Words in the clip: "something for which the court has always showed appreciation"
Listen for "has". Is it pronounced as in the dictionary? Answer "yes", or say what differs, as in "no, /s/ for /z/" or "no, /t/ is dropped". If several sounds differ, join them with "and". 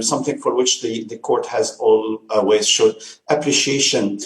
yes